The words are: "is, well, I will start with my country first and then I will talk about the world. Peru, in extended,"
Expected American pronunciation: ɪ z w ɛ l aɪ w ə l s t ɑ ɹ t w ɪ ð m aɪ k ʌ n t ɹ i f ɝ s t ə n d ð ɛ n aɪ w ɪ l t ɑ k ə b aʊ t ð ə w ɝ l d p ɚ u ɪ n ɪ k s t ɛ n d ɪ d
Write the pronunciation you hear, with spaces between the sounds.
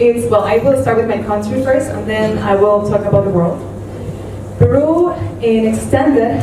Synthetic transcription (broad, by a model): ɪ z w ɛ l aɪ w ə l s t ɑ ɹ t w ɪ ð m aɪ k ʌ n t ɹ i f ɝ s t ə n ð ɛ n aɪ w ɪ l t ɑ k ə b aʊ t ð ə w ɝ l d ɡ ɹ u ɪ n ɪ k s t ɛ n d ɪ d